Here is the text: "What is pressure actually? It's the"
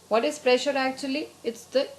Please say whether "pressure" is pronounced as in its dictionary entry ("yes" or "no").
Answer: yes